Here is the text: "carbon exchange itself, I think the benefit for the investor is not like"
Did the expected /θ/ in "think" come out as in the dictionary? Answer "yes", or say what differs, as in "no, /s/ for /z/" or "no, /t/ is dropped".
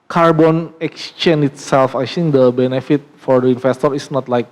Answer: no, /s/ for /θ/